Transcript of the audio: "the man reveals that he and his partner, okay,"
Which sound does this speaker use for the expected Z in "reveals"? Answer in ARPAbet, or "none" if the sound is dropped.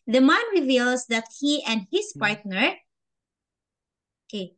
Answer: S